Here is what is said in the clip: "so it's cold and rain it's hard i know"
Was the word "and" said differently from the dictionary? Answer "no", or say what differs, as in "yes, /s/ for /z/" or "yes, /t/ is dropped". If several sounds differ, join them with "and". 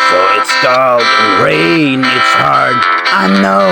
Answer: yes, /l/ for /n/